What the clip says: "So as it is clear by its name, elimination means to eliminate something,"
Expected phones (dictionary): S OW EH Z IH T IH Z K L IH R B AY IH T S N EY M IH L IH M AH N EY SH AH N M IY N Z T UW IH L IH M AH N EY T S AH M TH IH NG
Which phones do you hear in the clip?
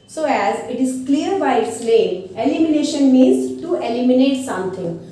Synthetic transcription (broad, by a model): S OW EH Z IH T IH Z K L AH R B AY IH T S L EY IH L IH M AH N EY SH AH N M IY N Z T UW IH L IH M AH N EY T S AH M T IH NG